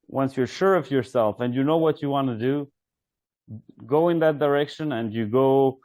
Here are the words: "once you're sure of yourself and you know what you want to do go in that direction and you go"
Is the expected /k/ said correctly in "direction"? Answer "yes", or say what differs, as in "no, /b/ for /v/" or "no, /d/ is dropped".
yes